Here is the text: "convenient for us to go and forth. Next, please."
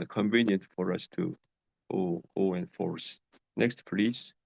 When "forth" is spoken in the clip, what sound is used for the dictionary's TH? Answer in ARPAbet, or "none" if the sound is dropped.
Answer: S